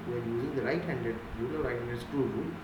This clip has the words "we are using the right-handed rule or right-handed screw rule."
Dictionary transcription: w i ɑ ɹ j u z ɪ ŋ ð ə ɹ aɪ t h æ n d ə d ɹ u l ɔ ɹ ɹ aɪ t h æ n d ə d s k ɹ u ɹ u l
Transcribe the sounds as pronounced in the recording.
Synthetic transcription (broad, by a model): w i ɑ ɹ j u z ɪ ŋ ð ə ɹ aɪ t h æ n d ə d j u n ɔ l ɹ aɪ t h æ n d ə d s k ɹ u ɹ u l